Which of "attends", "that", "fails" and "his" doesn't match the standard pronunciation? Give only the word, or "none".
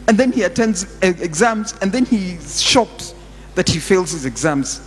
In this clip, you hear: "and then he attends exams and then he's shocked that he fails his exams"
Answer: none